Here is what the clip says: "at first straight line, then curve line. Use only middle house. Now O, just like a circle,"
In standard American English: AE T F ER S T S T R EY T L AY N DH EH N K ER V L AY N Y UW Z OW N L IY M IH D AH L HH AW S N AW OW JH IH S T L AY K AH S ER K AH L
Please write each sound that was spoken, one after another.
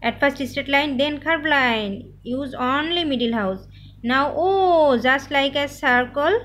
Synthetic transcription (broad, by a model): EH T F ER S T S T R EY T L AY N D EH N K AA B L AY N Y UW Z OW N L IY M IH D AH L HH AW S N AW OW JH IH S T L AY K AH S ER K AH L